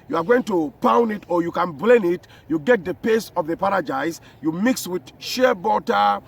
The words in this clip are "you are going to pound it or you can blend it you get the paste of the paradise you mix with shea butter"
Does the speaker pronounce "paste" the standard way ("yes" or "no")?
no